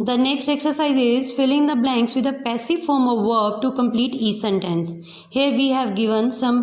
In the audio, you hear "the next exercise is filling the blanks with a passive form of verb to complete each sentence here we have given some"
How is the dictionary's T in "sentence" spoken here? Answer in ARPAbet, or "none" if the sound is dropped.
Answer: T